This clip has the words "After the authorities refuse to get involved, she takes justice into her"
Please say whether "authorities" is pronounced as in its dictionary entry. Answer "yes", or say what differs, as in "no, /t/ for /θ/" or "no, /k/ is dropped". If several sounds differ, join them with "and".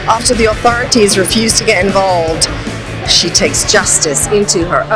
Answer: yes